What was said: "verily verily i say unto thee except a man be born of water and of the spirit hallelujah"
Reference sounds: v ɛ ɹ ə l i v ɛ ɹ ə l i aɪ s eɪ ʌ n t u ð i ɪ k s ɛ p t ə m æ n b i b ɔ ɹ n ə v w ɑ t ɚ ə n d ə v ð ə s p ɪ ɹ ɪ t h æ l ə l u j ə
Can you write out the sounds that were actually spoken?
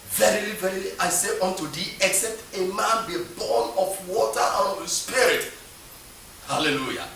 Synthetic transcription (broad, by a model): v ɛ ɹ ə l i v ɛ ɹ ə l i aɪ s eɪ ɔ n t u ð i ɪ k s ɛ p t ə m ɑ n b i b ɔ n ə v w ɑ t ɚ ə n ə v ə s p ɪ ɹ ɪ t h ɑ l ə l u j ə